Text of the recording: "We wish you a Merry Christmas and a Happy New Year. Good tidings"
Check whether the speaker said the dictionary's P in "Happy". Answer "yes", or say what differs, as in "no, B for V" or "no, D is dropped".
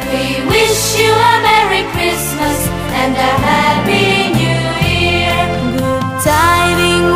no, B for P